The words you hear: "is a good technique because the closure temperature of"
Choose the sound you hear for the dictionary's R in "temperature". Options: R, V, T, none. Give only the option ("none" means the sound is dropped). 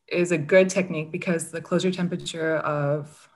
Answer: R